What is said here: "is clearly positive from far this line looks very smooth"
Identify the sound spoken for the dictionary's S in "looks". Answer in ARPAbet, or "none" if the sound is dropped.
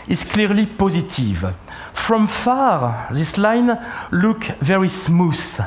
none